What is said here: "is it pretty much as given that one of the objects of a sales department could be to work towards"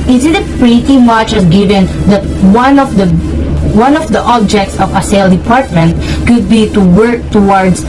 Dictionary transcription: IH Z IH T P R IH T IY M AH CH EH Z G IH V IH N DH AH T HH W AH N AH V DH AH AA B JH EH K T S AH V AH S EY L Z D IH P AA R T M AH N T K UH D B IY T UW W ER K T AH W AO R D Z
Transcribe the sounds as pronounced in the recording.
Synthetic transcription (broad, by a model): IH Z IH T P R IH T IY M AH CH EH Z G IH V IH N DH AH T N W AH N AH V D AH AA B JH EH K T S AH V AH S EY L D IH P AA R T M AH N T K UH D B IY T UW W ER K T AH W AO R D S